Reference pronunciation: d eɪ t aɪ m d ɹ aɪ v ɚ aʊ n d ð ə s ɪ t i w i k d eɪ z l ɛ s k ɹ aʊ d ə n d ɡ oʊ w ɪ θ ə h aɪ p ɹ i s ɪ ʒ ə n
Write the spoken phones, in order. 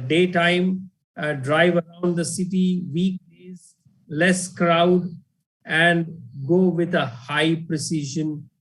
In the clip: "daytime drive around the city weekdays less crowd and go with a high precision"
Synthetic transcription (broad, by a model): d eɪ t aɪ m d ɹ aɪ v ɚ aʊ n d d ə s ɪ t i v i k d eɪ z l ɛ s k ɹ aʊ d ə n d ɡ oʊ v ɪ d ə h aɪ p ɹ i s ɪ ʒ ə n